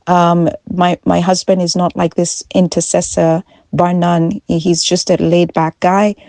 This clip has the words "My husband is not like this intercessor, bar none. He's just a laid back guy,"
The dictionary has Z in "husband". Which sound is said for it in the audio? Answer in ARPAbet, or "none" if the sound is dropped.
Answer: Z